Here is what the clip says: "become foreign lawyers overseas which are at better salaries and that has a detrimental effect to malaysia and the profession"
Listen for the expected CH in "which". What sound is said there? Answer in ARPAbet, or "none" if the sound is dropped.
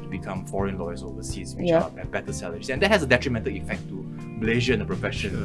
none